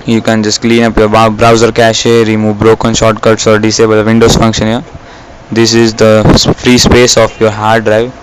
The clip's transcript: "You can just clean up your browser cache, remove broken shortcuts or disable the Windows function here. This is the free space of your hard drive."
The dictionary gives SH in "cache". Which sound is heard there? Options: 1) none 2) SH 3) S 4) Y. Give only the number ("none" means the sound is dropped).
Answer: 2